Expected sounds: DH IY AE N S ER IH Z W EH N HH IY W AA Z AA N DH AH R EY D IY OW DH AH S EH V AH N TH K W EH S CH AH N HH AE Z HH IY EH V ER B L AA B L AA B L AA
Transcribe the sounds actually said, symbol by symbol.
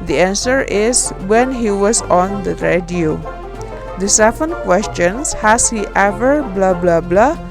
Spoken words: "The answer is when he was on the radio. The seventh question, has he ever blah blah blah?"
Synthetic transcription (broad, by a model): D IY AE N S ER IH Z W EH N HH IY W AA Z AA N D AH R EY D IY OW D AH S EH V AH N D K W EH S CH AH N HH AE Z HH IY EH V ER B L AA B L AA B L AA